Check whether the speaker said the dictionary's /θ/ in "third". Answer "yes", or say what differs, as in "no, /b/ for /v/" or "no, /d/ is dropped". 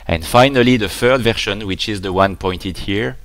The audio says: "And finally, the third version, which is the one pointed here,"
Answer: no, /f/ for /θ/